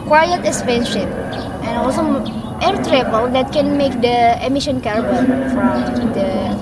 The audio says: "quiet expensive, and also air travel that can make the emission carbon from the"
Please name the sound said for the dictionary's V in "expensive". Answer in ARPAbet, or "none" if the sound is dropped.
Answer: P